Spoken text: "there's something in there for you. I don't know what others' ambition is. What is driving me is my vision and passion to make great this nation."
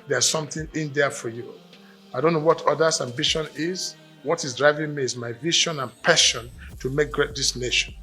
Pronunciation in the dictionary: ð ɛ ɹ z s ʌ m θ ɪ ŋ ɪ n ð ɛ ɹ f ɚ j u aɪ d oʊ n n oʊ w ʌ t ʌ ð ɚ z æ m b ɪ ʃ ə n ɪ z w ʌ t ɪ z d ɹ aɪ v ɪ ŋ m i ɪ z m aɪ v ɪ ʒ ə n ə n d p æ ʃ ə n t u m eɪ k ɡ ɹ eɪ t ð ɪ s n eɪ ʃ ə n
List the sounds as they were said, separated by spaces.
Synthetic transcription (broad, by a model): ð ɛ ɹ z s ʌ m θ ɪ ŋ ɪ n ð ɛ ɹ f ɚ j u aɪ d oʊ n n oʊ w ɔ t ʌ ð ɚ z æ m b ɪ ʃ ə n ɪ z w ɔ t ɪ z d ɹ aɪ v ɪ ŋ m i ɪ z m aɪ v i ʃ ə n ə n p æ ʃ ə n t u m eɪ k ɡ ɹ eɪ t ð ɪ s n eɪ ʃ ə n